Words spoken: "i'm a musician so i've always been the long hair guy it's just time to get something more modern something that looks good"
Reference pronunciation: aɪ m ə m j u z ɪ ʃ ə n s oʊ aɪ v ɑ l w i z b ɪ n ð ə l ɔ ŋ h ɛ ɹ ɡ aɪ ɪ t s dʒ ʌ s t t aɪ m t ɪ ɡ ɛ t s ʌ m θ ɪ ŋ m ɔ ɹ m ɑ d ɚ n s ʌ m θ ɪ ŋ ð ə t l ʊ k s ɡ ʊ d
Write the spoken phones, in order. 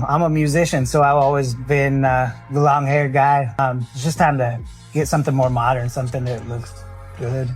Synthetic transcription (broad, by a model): aɪ m ə m j u z ɪ ʃ ə n s oʊ aɪ v ɑ l w i z b ɪ n ð ə l ɔ ŋ h ɛ ɹ ɡ aɪ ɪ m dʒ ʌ s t t aɪ m t ɪ ɡ ɛ t s ʌ m θ ɪ ŋ m ɔ ɹ m ɑ d ɚ n s ʌ m θ ɪ ŋ ð ə t l ʊ k s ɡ ʊ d